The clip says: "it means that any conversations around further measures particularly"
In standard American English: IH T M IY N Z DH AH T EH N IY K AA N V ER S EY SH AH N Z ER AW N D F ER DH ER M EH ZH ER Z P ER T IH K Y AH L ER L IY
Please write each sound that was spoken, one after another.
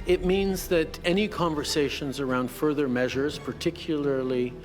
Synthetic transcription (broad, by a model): IH T M IY N Z DH AH T EH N IY K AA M V ER S EY SH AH N Z ER AW N D F ER DH ER M EH ZH ER Z P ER T IH K Y L ER L IY